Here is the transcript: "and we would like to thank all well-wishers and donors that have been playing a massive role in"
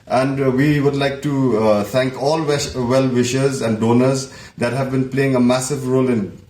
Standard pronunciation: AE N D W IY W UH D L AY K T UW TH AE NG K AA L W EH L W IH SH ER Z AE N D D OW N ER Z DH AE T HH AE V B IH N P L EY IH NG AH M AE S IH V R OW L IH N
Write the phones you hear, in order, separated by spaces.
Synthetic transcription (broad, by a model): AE N D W IY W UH D L AY K T UW T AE NG K AA L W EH L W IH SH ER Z AE N D D OW N ER Z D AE T HH AE V B IH N P L EY IH NG AH M AE S IH V R OW L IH N